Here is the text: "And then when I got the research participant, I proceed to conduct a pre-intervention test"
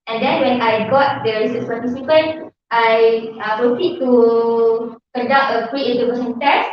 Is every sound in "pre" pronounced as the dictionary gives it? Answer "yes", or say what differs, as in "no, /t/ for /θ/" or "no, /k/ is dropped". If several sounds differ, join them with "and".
no, /f/ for /p/